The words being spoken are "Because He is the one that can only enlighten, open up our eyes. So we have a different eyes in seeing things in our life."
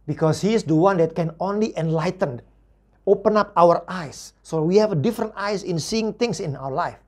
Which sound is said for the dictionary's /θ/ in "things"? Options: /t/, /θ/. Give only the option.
/t/